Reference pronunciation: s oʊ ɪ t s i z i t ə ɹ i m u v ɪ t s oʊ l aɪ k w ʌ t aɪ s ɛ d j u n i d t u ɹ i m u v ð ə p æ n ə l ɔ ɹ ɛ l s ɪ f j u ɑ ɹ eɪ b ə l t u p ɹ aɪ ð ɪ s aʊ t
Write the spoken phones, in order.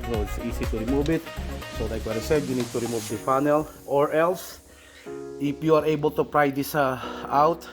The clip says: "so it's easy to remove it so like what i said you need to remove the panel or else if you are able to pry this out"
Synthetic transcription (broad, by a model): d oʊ ɪ t s i s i t ə ɹ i m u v ɪ t s oʊ l aɪ k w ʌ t aɪ s ɛ d j u n i d t u ɹ i m u v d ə f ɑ n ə l ɔ ɹ ɛ l s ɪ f j u ɑ ɹ eɪ b ə l t u p ɹ aɪ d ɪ s aʊ t